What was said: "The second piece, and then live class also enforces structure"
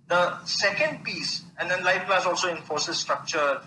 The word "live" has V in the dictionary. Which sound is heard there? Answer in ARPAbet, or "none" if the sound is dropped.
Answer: F